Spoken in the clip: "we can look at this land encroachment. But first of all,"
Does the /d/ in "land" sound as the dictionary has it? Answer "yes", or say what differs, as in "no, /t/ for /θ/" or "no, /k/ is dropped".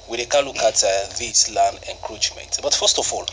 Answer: no, /d/ is dropped